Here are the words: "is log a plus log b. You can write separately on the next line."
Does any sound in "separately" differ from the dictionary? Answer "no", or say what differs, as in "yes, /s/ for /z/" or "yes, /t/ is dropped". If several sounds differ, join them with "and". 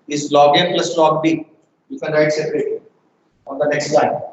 yes, /l/ is dropped